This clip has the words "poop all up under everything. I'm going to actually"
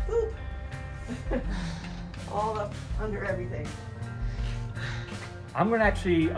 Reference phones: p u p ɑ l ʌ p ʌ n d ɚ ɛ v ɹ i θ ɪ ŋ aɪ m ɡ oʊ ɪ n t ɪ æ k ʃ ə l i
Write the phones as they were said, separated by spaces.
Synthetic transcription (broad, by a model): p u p ɑ l ʌ p ʌ n d ɚ ɛ v ɹ i θ ɪ ŋ aɪ m ɡ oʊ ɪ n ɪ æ k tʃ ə l i